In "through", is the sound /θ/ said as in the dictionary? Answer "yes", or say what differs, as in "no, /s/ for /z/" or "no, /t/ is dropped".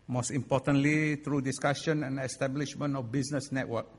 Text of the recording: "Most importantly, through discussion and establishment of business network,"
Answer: no, /t/ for /θ/